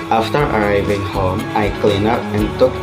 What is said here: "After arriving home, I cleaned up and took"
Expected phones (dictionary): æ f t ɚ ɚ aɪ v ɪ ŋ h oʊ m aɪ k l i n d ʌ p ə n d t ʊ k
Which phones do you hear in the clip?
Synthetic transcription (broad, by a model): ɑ f t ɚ ɚ aɪ v ɪ ŋ h oʊ m aɪ k l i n ʌ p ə n t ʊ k